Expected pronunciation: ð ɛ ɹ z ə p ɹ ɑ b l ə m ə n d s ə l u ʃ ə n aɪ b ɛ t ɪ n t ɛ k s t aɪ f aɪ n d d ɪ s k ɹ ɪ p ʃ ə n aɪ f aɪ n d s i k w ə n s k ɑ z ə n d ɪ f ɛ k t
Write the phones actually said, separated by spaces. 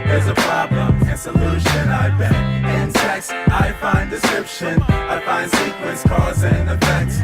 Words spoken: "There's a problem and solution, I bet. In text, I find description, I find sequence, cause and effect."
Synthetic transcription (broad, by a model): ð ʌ ɹ z ə p ɹ ɑ b l ə m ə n s ə l u ʃ ə n aɪ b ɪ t ɪ n s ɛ k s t aɪ f aɪ n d d ɪ s k ɹ ɪ p ʃ ə n aɪ f aɪ n d s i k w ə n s k ɑ z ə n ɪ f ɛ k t